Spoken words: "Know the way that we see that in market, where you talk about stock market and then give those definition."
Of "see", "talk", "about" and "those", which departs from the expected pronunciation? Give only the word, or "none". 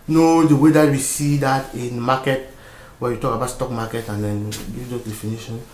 those